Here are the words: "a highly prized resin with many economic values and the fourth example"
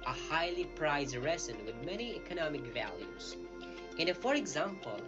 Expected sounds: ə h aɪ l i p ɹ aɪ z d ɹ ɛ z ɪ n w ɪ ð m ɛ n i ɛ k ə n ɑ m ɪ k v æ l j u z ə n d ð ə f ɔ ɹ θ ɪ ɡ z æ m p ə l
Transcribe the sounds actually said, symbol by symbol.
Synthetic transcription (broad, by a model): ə h aɪ l i p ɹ aɪ z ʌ ɹ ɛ s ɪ n w ɪ ð m ɛ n i ɛ k ə n ɑ m ɪ k v æ l j u z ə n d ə f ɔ ɹ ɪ ɡ z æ m p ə l